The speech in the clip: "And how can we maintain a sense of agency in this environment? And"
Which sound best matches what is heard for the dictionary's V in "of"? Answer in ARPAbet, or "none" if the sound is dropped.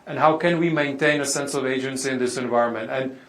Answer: V